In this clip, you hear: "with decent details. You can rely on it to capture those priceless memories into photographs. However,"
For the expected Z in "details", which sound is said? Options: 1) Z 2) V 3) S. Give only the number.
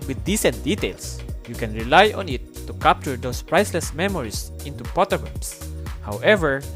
3